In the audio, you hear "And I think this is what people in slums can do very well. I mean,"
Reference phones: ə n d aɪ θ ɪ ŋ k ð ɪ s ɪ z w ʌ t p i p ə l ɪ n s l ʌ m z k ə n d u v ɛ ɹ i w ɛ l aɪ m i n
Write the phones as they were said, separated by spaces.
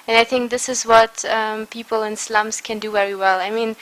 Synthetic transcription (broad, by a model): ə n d aɪ θ ɪ ŋ k ð ɪ s ɪ z w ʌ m p i p ə l ɪ n s l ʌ m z k ə n d u v ɛ ɹ i w ɛ l aɪ m i n